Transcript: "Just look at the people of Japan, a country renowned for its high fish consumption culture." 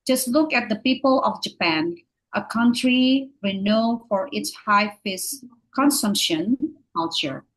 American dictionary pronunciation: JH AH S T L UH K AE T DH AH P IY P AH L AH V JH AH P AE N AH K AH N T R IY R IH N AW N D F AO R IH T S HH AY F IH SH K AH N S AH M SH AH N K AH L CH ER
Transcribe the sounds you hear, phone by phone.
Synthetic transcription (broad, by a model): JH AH S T L UH K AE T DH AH P IY P AH L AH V JH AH P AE N AH K AH N T R IY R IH N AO F AO R IH T S HH AY F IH S K AH N S AH M SH AH N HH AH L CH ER